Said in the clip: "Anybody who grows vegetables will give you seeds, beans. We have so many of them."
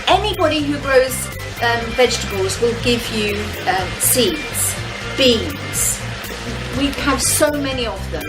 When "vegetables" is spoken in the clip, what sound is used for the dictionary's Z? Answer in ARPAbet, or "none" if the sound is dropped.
Z